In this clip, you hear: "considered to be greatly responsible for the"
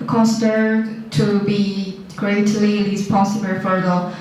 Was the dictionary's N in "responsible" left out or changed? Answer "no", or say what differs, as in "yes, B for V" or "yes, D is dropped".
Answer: yes, N is dropped